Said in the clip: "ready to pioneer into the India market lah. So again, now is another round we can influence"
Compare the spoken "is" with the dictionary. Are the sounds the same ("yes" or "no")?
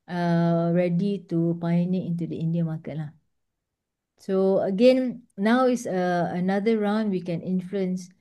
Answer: no